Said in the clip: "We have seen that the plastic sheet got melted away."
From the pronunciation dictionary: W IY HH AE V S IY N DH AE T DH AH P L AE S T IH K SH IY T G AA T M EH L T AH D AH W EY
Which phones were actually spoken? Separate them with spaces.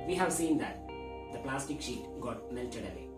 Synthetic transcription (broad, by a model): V IY HH AE V S IY N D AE T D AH P L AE S T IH K SH IY T G AA T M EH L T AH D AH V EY